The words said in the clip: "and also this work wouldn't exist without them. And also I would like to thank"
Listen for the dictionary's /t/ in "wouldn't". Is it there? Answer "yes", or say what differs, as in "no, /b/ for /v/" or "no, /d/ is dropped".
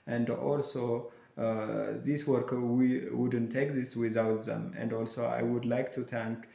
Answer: yes